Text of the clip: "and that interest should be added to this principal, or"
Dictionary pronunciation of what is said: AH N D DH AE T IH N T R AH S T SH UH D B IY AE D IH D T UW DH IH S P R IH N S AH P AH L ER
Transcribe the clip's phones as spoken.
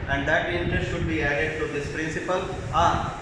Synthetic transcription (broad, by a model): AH N D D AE T IH N T R AH S T SH UH D B IY AE D IH D T UW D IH S P R IH N S AH P AH L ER